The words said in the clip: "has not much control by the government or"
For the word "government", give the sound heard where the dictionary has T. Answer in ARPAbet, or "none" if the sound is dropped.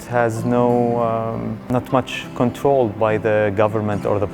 T